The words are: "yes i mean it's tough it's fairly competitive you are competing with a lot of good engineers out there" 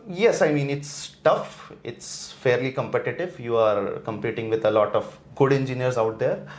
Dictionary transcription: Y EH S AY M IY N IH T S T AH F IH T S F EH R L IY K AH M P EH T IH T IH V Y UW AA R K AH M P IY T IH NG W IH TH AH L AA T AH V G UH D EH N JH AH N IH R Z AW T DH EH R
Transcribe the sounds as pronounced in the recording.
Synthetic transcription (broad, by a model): Y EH S AY M IY N IH T S T AH F IH T S F EH R L IY K AH M P EH T IH T IH V Y UW AA R K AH M P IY T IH NG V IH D AH L AA T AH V G UH D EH N JH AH N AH R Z AW T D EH R